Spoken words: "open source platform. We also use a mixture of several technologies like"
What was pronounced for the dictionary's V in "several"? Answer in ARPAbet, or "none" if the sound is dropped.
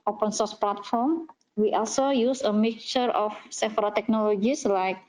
F